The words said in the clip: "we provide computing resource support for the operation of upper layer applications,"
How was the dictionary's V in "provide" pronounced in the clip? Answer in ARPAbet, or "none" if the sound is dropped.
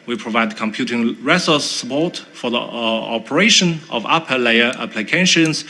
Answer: V